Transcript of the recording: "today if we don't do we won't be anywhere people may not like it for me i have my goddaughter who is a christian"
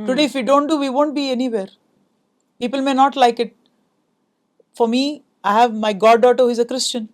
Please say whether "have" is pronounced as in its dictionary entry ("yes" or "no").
yes